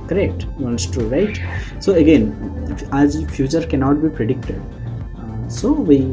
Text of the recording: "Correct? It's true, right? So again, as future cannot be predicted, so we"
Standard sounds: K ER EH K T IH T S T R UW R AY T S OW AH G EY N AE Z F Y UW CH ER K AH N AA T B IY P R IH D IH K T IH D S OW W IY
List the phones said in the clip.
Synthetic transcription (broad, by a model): K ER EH K T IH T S T UW R AY T S OW AH G EY N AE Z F Y UW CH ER K AH N AA T B IY P R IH D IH K T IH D S OW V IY